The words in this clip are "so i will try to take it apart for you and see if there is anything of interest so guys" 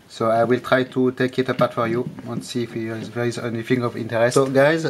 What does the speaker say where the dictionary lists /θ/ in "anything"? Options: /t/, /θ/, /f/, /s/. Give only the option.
/f/